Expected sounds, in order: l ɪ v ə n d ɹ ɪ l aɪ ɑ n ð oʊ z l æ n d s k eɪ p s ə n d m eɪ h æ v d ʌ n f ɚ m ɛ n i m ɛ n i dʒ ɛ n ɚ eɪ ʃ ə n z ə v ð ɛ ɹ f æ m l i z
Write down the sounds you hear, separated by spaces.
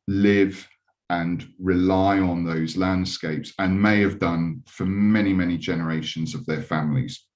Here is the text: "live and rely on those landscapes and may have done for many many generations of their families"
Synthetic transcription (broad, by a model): l ɪ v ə n ɹ ɪ l aɪ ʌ n ð oʊ z l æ n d s k eɪ p s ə n m eɪ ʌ v d ʌ n f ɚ m ɛ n i m ɛ n i dʒ ɛ n ɚ eɪ ʃ ə n z ə v ð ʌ f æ m l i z